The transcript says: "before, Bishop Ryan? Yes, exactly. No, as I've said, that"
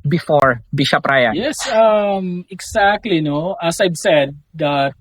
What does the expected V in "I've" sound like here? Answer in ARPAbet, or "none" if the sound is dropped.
B